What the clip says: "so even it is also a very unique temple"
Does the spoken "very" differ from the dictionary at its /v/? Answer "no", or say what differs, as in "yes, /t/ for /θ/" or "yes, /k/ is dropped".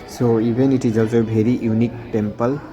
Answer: yes, /b/ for /v/